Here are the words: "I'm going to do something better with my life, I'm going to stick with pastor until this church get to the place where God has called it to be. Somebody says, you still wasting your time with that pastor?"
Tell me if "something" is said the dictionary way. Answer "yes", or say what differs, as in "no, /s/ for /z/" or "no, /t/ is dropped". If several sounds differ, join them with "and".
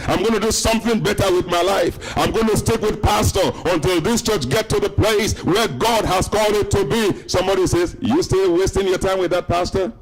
yes